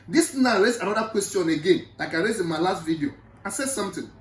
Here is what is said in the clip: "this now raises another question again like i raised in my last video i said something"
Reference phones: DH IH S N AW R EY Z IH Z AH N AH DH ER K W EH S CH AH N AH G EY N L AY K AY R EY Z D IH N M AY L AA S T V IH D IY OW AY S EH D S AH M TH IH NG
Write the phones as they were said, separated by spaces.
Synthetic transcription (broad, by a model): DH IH S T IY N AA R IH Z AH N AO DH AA K W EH S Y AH N AH G EY N L AY K AY R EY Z IH N M AY L AA S T V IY D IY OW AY S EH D S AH M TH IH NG